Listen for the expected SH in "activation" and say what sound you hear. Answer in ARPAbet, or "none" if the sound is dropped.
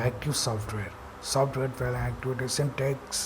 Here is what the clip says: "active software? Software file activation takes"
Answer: S